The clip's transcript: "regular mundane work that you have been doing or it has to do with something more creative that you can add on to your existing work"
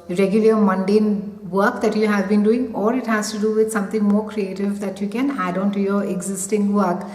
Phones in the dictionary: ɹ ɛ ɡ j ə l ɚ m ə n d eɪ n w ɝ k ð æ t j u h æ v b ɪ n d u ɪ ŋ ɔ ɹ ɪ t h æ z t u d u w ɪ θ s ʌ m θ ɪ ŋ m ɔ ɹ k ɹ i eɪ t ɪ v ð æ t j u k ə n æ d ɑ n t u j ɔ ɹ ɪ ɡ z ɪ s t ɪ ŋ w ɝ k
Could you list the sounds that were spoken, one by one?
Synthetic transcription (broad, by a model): ɹ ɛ ɡ j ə l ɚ m ə n d eɪ n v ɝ k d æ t j u h æ v b ɪ n d u ɪ ŋ ɔ ɹ ɪ t h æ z t u d u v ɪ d s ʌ m t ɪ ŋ m ɔ ɹ k ɹ i eɪ t ɪ v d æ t j u k ə n æ d ɑ n t u j ɔ ɹ ɪ ɡ z ɪ s t ɪ ŋ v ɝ k